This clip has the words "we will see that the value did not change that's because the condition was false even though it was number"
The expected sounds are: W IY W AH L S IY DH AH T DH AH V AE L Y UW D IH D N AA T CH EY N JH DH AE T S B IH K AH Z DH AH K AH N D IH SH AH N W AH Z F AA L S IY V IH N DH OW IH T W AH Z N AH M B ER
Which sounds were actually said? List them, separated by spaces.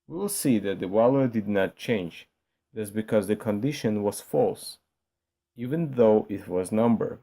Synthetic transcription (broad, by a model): W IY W L S IY DH AH T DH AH W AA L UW D IH D N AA T CH EY N JH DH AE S B IH K AH Z DH AH K AH N D IH SH AH N W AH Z F AA L S IY V IH N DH OW IH T W AH Z N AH M B ER